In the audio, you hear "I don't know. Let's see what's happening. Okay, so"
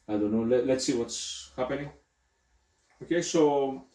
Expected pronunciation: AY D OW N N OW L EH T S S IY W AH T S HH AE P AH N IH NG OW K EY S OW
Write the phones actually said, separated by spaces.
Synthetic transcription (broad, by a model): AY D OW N L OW L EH T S S IY W AH T S HH AE P AH N IH NG OW K EY S OW